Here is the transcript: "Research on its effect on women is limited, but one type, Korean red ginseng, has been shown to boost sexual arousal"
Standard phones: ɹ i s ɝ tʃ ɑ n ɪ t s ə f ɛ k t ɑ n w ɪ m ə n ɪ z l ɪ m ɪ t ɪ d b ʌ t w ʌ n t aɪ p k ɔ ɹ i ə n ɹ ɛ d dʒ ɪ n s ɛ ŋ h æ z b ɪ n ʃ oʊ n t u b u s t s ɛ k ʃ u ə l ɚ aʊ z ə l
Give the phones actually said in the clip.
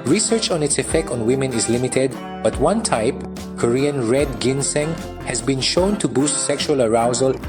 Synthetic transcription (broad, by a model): ɹ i s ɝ tʃ ɑ n ɪ t s ə f ɛ k t ɑ n w ɪ m ə n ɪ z l ɪ m ɪ t ɪ d b ʌ t w ʌ n t aɪ p k ɔ ɹ i ə n ɹ ɛ d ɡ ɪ n s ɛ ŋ h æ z b ɪ n ʃ oʊ n t u b u s t s ɛ k ʃ u ə l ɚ aʊ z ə l